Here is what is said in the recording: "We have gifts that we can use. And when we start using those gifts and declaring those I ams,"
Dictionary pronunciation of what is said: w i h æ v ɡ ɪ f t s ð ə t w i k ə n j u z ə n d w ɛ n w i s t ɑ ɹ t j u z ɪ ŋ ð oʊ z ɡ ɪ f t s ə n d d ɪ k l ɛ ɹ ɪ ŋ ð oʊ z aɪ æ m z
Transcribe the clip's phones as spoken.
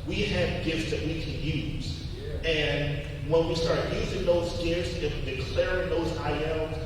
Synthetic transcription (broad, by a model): w i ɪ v ɡ ɪ f t s ð ə t w i k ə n j u z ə n w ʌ n w i s t ɑ ɹ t j u z ɪ ŋ ð oʊ z ɡ ɪ f t s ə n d d ɪ k l ɛ ɹ ɪ ŋ ð oʊ z aɪ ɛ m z